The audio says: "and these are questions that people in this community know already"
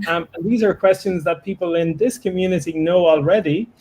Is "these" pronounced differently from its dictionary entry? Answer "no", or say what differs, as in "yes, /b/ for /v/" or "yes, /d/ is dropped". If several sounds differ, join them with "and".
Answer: no